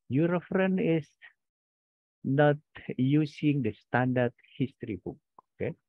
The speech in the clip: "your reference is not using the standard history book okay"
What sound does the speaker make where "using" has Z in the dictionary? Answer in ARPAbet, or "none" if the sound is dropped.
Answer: S